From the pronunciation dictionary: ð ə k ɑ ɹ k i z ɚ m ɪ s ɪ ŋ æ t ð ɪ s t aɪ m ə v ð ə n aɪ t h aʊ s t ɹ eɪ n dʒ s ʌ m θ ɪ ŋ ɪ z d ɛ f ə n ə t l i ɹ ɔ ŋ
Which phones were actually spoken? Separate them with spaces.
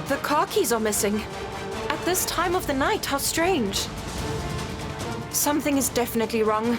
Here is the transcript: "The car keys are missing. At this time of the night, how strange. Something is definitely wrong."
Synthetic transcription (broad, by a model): ð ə k ɑ ɹ k i z ɚ m ɪ s ɪ ŋ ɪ t ð ɪ s t aɪ m ə v ð ə n aɪ t h aʊ s t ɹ eɪ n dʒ s ʌ m θ ɪ ŋ ɪ z d ɛ f ə n ə t l i ɹ ɔ ŋ